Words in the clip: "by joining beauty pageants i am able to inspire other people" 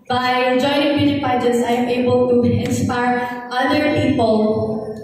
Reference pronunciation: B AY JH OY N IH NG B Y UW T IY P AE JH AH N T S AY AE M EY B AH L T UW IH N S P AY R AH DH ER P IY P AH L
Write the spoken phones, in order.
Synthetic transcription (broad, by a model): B AY JH OY N IH NG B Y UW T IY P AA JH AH T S AY M EY B AH L T UW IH N S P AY R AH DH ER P IY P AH L